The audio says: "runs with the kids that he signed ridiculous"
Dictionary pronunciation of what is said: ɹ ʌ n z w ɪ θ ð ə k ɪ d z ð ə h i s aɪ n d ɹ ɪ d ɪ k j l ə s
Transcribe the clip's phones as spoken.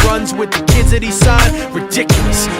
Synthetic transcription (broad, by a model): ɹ ʌ n z w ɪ ð ə k ɪ d z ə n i s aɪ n ɹ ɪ d ɪ k j l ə s